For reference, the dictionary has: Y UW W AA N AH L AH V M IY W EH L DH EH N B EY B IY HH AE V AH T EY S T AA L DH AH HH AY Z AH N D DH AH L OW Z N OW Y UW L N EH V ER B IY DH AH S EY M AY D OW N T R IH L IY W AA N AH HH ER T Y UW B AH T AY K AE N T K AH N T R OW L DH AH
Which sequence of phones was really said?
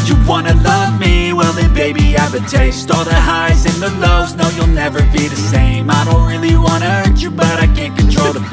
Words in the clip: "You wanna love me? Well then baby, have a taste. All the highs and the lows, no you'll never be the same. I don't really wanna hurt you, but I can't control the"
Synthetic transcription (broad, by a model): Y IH W AA N AH L AH V M IY W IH L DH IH B EY B IY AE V AH T EY S T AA DH AH HH AY Z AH N DH AH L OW Z N OW Y UW L N EH V ER B IY DH AH S EY M AY D OW N T R IH L IY W AA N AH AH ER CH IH B AH T AY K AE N K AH N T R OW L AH